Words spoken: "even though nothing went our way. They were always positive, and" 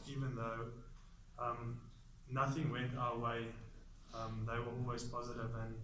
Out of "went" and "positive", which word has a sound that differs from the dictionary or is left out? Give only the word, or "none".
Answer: none